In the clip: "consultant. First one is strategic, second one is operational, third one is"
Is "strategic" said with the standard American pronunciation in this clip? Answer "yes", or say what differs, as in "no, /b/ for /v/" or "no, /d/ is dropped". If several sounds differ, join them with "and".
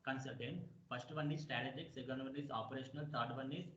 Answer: no, /ɹ/ is dropped